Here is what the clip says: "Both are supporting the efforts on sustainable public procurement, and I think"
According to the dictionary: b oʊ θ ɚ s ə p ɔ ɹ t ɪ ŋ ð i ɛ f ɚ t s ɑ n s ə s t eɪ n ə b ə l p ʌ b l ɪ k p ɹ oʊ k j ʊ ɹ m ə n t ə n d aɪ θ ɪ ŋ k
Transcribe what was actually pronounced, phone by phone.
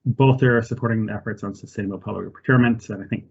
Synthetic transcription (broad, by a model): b oʊ θ ɚ s ə p ɔ ɹ t ɪ ŋ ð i ɛ f ɚ t s n s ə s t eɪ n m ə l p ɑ l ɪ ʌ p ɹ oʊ k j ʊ ɹ m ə n t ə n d aɪ θ ɪ ŋ k